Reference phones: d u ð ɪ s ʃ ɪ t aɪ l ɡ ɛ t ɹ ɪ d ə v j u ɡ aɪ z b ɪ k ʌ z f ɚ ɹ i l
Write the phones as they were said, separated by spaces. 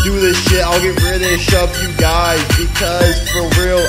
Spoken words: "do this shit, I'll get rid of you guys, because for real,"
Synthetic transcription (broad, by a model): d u ð ɪ s ʃ ɪ t aɪ l ɡ ɛ t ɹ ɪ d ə p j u ɡ aɪ z b ɪ k ʌ z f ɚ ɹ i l